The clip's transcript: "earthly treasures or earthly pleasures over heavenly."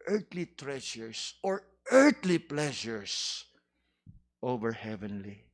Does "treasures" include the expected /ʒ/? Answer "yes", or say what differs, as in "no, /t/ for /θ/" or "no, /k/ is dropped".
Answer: no, /ʃ/ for /ʒ/